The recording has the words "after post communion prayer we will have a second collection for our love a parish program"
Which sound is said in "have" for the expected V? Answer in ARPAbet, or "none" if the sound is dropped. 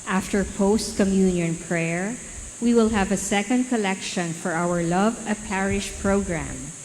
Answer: V